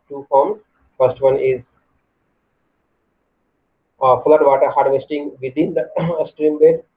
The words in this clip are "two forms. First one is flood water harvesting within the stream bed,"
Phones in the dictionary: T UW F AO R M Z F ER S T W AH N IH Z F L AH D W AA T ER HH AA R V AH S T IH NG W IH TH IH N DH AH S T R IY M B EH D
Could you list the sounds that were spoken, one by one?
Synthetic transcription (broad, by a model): T UW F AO R M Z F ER S T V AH N IH Z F L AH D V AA T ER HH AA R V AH S T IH NG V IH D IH N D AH S T R IY M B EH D